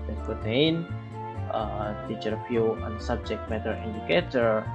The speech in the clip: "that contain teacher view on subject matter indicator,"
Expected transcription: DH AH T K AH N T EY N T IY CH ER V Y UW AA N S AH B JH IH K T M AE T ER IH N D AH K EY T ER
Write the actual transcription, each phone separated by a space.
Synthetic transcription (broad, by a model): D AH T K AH T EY N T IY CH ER F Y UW AA N S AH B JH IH K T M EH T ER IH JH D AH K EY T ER